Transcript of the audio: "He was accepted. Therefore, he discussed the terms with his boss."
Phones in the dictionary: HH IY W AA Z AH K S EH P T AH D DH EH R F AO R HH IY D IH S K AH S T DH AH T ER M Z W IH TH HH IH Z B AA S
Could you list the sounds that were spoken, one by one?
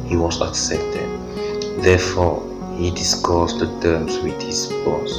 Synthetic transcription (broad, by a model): HH IY W AA S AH K S EH P T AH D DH EH F AO HH IY D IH S K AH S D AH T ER M S W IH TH HH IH S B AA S